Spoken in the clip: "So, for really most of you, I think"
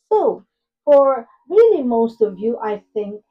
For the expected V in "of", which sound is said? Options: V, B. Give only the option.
V